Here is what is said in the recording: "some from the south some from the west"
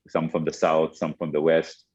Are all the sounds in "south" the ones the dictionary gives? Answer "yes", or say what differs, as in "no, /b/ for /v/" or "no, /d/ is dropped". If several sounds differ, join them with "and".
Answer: yes